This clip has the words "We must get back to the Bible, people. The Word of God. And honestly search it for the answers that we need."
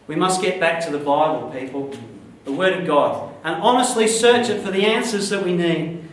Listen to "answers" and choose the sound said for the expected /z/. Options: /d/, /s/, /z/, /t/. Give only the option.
/z/